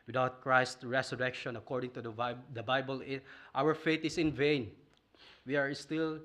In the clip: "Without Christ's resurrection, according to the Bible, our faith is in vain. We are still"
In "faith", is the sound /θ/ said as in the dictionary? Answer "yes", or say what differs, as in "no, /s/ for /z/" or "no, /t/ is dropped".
no, /t/ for /θ/